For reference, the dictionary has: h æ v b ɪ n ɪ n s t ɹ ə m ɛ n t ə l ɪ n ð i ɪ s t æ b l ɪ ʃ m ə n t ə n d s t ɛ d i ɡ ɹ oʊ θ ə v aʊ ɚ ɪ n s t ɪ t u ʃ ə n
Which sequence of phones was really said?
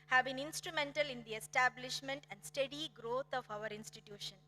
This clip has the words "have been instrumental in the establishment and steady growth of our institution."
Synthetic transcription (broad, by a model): h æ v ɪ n ɪ n s t ɹ ə m ɛ n t ə l ɪ n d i ɪ s t æ b l ɪ ʃ m ə n t ə n d s t ɛ d i ɡ ɹ oʊ t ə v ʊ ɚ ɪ n s t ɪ t u ʃ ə n